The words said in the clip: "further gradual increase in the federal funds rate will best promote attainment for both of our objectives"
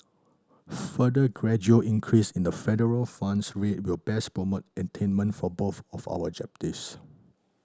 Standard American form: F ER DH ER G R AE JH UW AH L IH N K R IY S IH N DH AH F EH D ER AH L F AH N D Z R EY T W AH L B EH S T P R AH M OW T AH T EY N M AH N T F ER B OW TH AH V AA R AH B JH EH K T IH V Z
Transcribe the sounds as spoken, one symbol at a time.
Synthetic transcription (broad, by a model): F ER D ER G R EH JH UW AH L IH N K R IY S IH N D AH F EH D ER AH L F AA N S R EY T W AH L B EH S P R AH M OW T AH T EY N M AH N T F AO B OW TH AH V AA W AH JH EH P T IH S